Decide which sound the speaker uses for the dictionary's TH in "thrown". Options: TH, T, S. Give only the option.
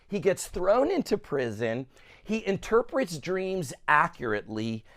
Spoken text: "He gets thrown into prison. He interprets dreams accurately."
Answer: TH